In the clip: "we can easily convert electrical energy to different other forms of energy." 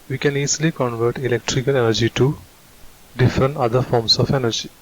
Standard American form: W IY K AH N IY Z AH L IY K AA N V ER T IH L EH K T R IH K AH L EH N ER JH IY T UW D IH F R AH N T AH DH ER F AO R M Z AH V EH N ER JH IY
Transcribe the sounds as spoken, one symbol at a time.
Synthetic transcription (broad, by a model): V IY K AH N IY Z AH L IY K AA N V ER T IH L EH K T R IH K AH L EH N ER JH IY T UW D IH F R AH N T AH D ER F AO R M S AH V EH N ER JH IY